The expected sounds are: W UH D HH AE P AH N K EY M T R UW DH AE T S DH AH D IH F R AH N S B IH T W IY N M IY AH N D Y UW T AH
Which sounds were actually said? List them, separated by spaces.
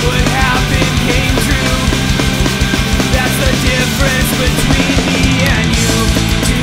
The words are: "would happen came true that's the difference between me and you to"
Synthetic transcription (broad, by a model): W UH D HH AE B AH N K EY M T R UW DH AE T S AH D IH F R AH N S B IH T W IY N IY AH N Y UW